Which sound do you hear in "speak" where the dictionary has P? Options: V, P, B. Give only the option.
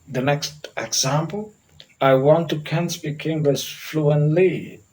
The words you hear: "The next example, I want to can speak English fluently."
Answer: B